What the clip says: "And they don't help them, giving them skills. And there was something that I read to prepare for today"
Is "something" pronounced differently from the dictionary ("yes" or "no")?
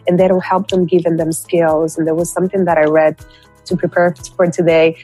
no